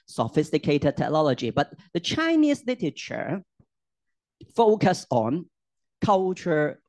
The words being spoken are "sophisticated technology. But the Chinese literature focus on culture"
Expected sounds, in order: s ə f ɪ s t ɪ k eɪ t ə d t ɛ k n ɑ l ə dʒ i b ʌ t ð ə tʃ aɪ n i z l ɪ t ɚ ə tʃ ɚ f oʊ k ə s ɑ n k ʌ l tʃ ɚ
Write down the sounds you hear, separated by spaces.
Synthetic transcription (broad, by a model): s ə f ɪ s t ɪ k eɪ t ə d t ɛ k n ɑ l ə dʒ i b ʌ t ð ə tʃ aɪ n i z l ɪ t ɚ ə tʃ ɚ f oʊ k ə s ɑ n k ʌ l tʃ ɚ